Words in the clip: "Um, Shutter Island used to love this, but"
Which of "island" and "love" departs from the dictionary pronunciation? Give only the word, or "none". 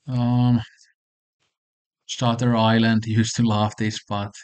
love